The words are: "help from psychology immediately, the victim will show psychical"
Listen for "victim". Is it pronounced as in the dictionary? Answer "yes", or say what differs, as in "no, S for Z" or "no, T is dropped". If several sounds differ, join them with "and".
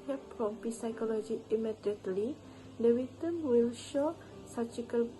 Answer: no, W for V and K is dropped